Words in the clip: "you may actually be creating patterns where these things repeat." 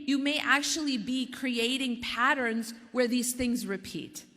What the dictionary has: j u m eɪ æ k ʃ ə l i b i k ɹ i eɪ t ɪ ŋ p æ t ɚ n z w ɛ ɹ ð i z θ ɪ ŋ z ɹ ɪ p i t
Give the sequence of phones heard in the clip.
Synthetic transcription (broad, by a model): j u m eɪ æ k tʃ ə l i b i k ɹ i eɪ t ɪ ŋ p æ t ɚ n z w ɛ ɹ ð i z θ ɪ ŋ z ɹ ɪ p i t